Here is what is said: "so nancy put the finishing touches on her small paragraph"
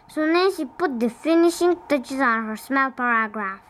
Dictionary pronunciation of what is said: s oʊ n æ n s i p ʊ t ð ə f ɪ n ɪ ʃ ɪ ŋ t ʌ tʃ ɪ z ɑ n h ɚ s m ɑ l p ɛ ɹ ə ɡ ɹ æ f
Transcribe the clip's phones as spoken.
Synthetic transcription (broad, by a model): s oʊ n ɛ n ʃ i p ʊ t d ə f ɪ n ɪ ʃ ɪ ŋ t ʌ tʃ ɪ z ɑ n h ɚ s m ɑ l p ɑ ɹ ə ɡ ɹ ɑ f